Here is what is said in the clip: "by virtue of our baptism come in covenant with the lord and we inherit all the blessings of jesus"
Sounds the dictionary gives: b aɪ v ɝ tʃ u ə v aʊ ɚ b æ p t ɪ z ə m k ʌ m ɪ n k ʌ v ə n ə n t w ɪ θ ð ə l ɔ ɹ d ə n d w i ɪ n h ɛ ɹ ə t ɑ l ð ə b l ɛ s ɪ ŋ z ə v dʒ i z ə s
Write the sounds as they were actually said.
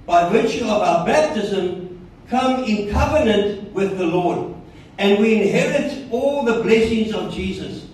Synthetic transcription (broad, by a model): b aɪ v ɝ tʃ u ə v aʊ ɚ b æ p t ɪ z ə m k ʌ m ɪ n k ʌ v ə n ə n t w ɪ ð ə l ɔ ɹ d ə n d w i ɪ n h ɛ ɹ ə t ɑ l ð ə b l ɛ s ɪ ŋ z ə v dʒ i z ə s